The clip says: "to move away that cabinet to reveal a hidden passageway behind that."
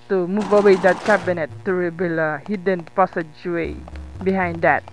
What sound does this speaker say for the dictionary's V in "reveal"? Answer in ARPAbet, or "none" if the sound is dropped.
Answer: B